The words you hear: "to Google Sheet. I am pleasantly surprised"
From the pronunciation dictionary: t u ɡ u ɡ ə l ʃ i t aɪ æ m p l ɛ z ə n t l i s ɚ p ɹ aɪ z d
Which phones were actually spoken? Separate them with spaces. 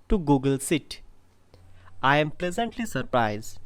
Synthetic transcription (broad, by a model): t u ɡ u ɡ ə l s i t aɪ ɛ m p l ɛ z ə n t l i s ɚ p ɹ aɪ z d